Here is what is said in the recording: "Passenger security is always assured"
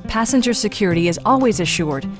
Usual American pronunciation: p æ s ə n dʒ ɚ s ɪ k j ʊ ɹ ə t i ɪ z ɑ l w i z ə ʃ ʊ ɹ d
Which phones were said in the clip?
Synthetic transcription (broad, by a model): p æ s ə n dʒ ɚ s ɪ k j ʊ ɹ ə t i ɪ z ɑ l w i z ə ʃ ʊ ɹ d